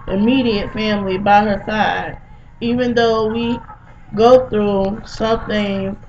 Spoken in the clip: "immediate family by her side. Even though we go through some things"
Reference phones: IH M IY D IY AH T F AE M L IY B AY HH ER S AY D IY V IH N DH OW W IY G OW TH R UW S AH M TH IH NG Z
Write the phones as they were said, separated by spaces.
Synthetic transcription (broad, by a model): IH M IY D IY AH T F AE M L IY B AY HH ER S AY D IY V IH N DH OW W IY G OW TH R UW S AH M TH IH NG